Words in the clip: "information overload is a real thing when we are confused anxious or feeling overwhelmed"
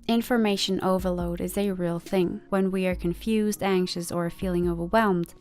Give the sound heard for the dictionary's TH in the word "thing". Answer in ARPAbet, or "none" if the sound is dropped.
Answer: TH